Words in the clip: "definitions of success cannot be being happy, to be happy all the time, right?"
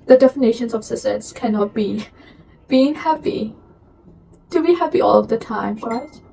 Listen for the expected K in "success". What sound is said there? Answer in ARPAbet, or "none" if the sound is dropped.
none